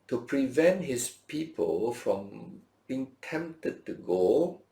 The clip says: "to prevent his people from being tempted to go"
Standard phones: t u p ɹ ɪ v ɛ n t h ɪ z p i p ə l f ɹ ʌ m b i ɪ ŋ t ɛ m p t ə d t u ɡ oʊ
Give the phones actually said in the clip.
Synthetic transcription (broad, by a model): t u p ɹ ɪ v ɛ n t h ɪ s p i p ə l f ɹ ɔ m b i ŋ t ɛ m p t ə d t u ɡ oʊ